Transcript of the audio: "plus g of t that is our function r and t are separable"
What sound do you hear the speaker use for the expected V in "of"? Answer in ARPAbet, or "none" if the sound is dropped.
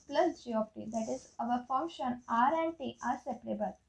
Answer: P